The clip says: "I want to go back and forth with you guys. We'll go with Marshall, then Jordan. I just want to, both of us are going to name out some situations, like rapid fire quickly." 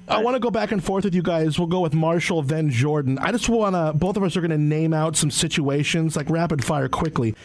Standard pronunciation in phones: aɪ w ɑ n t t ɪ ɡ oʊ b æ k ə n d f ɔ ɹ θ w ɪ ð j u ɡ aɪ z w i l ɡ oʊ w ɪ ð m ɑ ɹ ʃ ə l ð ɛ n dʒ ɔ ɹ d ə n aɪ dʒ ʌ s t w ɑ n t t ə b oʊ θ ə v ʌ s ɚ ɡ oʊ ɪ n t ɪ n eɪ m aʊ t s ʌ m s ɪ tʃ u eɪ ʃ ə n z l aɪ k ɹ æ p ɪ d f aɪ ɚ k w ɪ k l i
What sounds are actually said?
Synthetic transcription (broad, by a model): aɪ w ɑ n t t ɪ ɡ oʊ b æ k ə n f ɔ ɹ θ w ɪ ð j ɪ ɡ aɪ z w i l ɡ oʊ w ɪ ð m ɑ ɹ ʃ l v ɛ n dʒ ɔ ɹ d n aɪ dʒ ʌ s t w ɑ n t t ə b oʊ θ ə v ʌ s ɚ ɡ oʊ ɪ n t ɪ n eɪ m aʊ t s ʌ m s ɪ tʃ u eɪ ʃ ə n z l aɪ k ɹ æ p ɪ d f aɪ ɚ k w ɪ k l i